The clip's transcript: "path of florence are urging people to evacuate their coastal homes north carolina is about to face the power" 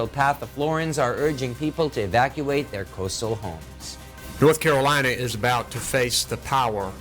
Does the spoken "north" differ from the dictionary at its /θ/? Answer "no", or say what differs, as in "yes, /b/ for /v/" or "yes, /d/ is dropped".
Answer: no